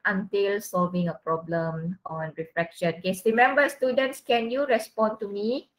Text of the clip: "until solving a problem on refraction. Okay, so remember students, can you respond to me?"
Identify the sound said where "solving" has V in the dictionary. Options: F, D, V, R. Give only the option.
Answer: V